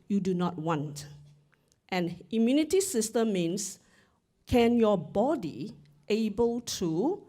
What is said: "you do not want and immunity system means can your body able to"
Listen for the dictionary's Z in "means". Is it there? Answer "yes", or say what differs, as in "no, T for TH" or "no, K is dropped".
no, S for Z